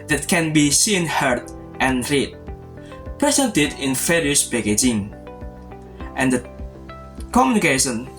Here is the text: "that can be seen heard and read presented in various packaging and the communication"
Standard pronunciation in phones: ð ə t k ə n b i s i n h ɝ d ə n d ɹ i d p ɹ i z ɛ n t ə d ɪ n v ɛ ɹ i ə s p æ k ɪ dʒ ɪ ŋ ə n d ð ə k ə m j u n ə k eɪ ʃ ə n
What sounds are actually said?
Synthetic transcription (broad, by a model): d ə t k ə n b i s i n h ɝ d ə n ɹ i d p ɹ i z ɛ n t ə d ɪ n f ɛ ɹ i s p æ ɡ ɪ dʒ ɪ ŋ ə n d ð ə k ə m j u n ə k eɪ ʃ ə n